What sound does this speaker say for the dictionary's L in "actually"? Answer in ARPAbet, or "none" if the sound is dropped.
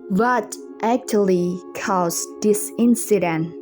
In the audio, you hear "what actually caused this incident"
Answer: L